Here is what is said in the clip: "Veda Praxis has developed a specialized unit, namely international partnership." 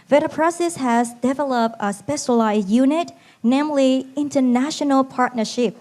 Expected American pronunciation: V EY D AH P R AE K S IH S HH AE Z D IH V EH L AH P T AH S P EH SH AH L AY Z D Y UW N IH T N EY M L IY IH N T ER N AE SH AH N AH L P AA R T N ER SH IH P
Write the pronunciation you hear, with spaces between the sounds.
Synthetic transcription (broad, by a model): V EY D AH P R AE S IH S HH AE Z D IH V EH L AH P T AH S P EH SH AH L AY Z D Y UW N IH T N EY M L IY IH N T ER N AE SH AH N AH L P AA R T N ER SH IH P